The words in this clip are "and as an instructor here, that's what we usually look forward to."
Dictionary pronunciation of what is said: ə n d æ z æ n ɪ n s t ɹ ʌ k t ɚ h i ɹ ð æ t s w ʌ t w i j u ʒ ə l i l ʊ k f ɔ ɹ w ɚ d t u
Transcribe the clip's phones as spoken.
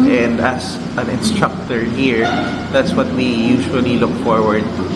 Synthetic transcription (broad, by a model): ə n d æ s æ n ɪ n s t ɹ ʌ k t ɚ h i ɹ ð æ t s w ʌ t w i j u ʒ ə l i l ʊ k f ɔ ɹ w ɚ d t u